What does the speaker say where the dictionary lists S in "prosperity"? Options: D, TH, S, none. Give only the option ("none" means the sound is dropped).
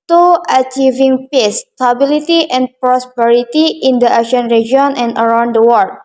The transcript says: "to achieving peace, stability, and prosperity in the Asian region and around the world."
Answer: S